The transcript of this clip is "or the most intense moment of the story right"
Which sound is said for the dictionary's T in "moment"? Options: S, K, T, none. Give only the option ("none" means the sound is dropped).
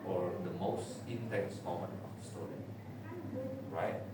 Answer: none